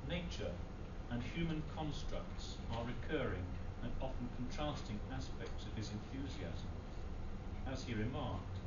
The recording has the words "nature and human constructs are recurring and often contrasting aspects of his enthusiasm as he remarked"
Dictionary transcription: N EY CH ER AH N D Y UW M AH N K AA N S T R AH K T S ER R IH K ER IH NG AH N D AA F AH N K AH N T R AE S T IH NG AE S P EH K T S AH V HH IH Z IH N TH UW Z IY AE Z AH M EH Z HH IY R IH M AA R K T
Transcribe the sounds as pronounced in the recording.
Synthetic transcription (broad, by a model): N EY CH ER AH N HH Y UW M AH N K AA N S T R AH K T S ER R IH K ER IH NG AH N AA F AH N K N T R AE S T IH NG AE S P EH K T S AH V IH Z IH N TH UW Z IY AE Z AH M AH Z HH IY R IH M AA R K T